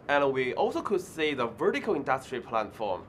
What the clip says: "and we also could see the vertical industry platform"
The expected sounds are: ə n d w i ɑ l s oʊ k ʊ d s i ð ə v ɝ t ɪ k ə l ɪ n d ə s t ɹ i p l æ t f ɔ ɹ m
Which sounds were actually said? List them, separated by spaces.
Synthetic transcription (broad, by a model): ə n w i ɑ l s oʊ k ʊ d s i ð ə v ɝ t ɪ k ə l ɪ n d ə s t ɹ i p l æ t f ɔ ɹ m